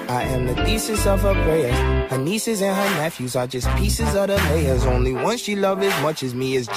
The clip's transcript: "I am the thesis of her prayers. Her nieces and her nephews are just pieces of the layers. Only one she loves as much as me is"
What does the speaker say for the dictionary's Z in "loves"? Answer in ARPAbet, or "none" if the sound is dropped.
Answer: none